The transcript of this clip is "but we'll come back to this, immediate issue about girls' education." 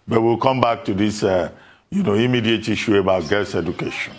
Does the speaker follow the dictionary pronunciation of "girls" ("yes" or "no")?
no